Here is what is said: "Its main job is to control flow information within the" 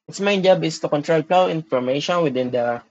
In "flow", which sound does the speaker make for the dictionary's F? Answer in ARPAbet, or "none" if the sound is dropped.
P